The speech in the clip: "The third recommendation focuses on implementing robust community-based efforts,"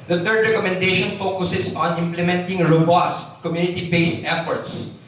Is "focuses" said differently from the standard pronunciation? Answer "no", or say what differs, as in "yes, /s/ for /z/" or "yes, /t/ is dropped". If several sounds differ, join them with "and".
yes, /s/ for /z/